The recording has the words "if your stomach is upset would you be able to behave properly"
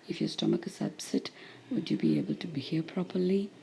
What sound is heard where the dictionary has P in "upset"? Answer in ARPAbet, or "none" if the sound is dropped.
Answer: B